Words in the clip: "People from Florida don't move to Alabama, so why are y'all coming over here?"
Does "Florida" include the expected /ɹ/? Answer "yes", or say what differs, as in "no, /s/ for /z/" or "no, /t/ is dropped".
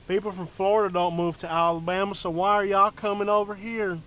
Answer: yes